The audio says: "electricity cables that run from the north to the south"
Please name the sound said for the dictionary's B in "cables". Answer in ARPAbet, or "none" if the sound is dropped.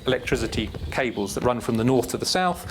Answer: B